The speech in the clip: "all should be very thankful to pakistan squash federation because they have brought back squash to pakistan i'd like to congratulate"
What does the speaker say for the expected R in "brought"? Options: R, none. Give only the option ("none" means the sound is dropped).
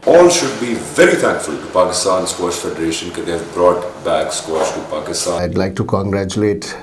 R